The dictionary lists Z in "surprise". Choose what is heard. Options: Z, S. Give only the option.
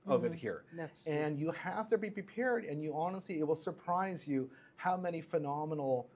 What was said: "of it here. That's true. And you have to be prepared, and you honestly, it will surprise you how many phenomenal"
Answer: Z